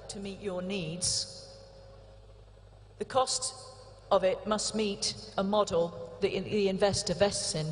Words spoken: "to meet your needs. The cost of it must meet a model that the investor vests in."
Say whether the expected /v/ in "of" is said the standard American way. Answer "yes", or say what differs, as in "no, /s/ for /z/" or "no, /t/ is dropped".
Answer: yes